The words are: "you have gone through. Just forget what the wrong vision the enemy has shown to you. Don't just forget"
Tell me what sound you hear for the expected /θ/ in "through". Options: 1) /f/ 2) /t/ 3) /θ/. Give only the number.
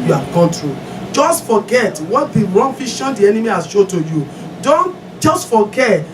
2